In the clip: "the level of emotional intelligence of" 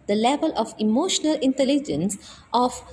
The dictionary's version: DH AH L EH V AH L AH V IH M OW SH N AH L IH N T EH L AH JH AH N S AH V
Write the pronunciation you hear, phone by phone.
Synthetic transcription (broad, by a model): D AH L EH V AH L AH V IH M OW SH N AH L IH N T EH L AH JH AH N S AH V